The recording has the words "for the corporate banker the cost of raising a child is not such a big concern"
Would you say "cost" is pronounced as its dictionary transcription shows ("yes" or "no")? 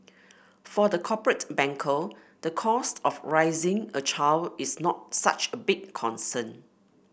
yes